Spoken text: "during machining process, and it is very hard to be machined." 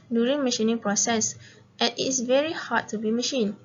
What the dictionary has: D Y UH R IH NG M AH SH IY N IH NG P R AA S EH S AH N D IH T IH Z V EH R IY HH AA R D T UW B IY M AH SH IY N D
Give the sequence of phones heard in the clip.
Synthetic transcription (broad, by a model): D Y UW R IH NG M AH SH IY N IH NG P R AA S EH S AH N IH T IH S V EH R IY HH AA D T UW B IY M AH SH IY N